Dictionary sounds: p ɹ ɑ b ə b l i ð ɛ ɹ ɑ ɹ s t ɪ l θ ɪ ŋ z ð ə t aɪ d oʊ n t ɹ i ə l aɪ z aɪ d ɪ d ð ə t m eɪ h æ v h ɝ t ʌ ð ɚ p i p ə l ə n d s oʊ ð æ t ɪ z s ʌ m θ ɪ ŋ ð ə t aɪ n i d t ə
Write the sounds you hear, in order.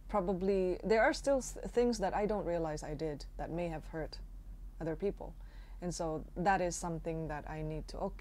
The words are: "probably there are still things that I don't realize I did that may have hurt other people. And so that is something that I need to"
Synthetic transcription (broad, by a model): p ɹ ɑ b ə b l i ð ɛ ɹ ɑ ɹ s t ɪ l θ ɪ ŋ z ð ə t aɪ d oʊ n t ɹ i ə l aɪ z aɪ d ɪ d ð ə t m eɪ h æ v h ɝ t ʌ ð ɚ p i p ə l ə n s oʊ ð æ t ɪ z s ʌ m θ ɪ ŋ ð ə t aɪ n i d t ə